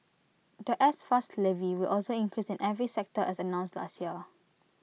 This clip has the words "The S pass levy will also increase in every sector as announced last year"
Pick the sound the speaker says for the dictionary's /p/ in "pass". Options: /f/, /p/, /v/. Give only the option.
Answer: /f/